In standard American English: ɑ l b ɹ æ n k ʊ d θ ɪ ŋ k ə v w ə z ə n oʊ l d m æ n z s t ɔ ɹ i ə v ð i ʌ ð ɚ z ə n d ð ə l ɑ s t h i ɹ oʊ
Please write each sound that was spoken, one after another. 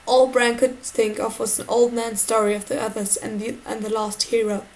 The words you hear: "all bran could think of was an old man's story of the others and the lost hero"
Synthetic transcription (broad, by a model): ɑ l b ɹ æ n k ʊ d θ ɪ ŋ k ə v w ə z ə n oʊ l d m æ n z s t ɔ ɹ i ə v ð i ʌ ð ɚ z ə n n ð ə l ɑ s t h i ɹ oʊ